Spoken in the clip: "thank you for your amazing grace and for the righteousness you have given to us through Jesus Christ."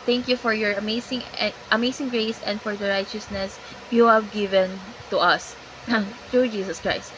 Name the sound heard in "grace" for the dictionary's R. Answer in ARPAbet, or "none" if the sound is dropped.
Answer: R